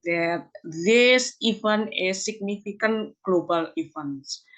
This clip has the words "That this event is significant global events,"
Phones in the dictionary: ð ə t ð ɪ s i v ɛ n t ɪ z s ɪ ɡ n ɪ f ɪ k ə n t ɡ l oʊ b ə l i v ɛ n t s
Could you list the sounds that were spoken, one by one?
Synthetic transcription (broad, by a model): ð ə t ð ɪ s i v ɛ n ɪ s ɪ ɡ n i f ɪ k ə n ɡ l oʊ b ə l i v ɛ n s